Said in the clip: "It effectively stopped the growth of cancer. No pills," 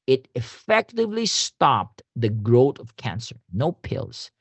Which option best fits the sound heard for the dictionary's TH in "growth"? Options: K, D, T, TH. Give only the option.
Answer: T